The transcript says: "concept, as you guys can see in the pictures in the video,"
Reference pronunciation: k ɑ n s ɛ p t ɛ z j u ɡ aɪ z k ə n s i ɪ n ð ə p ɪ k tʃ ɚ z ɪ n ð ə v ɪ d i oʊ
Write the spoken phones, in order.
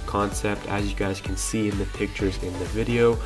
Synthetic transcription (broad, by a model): k ɑ n s ɛ p t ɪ z j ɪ ɡ aɪ z k n s i ɪ n ð ə p ɪ k tʃ ɚ z ɪ n ð ə v ɪ d i oʊ